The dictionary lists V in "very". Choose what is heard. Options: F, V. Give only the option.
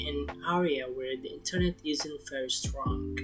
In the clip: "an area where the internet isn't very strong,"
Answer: F